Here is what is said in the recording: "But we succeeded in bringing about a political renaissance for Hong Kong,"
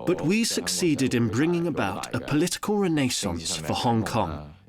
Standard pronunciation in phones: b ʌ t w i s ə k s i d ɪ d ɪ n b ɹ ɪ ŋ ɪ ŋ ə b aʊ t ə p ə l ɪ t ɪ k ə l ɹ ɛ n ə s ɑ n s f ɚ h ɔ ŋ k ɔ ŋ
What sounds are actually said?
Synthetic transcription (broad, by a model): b ʌ t w i s ə k s i d ɪ d ɪ n b ɹ ɪ ŋ ɪ ŋ ə b aʊ t ə p ə l ɪ t ɪ k ə l ɹ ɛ n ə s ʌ n s f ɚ h ɔ ŋ k ɔ ŋ